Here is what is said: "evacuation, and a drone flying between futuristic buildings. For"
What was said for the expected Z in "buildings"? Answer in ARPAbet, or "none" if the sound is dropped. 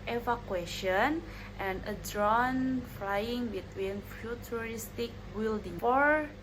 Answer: none